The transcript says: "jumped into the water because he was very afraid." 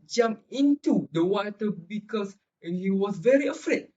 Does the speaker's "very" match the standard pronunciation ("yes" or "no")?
yes